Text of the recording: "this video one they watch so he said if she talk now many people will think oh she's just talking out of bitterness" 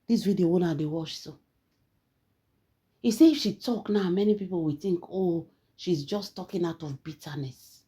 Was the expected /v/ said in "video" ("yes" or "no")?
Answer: no